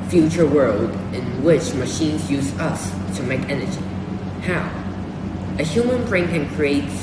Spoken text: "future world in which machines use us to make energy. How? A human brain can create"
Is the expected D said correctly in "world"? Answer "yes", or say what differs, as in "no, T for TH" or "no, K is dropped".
yes